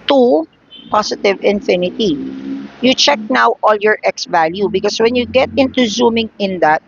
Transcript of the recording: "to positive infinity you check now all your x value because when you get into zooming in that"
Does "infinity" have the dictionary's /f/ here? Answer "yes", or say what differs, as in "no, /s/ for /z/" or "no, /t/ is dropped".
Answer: yes